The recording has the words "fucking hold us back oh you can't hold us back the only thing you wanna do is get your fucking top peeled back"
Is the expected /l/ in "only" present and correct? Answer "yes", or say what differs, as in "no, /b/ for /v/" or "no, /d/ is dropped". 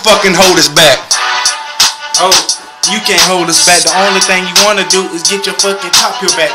yes